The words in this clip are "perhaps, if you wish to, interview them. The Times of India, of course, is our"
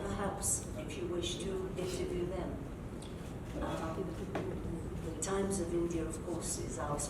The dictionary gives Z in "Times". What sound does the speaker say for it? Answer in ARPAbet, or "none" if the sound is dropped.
Z